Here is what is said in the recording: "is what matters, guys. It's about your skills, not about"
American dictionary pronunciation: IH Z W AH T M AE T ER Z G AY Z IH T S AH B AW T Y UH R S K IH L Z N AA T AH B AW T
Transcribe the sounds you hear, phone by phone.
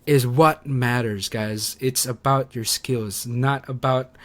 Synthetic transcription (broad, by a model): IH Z W AH T M AE T ER Z G AY Z IH T S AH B AW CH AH R S K IH L Z N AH T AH B AW T